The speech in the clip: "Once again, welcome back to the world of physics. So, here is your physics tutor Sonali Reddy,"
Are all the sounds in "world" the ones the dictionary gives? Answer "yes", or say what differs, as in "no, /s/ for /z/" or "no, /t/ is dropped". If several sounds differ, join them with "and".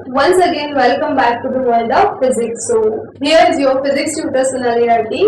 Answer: no, /n/ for /l/